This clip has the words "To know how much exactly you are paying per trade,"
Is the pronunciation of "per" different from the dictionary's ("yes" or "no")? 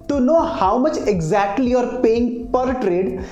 no